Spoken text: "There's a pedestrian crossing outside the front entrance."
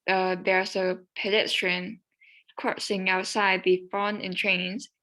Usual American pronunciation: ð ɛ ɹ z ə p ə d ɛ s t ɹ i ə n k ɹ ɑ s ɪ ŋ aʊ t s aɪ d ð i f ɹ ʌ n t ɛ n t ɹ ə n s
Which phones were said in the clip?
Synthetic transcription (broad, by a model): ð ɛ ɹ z ə p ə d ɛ s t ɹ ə n k ɹ ɑ s ɪ ŋ aʊ t s aɪ d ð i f ʌ n ɛ n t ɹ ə n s